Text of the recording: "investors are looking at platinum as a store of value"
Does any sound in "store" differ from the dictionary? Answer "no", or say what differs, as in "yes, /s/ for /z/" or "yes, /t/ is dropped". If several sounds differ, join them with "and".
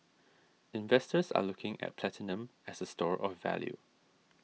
no